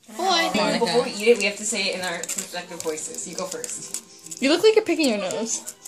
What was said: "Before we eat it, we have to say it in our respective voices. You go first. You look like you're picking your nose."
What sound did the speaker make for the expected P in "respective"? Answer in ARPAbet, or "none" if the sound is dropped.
none